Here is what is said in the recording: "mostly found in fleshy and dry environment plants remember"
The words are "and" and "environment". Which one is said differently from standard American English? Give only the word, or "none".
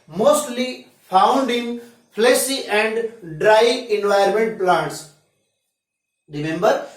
environment